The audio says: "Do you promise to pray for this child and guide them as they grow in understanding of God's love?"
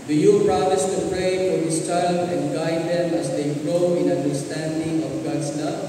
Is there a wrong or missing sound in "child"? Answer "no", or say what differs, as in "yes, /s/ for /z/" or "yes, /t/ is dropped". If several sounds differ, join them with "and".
yes, /d/ is dropped